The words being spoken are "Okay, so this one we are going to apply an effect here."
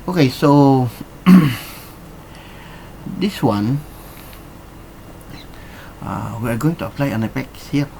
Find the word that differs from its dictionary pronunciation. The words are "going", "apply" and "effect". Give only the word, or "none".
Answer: effect